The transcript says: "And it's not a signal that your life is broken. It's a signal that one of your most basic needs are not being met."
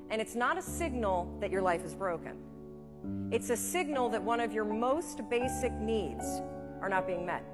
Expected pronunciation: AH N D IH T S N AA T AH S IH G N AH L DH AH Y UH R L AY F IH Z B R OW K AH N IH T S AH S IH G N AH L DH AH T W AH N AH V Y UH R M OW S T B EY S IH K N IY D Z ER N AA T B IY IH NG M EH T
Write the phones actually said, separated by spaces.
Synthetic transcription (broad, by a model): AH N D IH T S N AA T AH S IH G N L DH AH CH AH R L AY F IH Z B R OW K AH N IH T S AH S IH G N L DH AH T W AH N AH V Y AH R M OW S T B EY S IH K N IY D Z ER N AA T B IY IH NG M EH T